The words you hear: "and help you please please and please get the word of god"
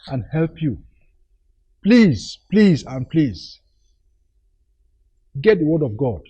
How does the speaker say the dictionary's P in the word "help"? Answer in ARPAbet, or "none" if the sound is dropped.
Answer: P